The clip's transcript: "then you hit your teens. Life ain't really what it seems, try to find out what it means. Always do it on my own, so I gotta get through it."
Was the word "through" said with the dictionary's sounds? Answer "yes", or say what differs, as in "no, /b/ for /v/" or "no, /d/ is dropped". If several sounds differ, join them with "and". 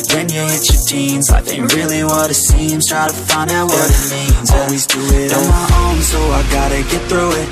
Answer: yes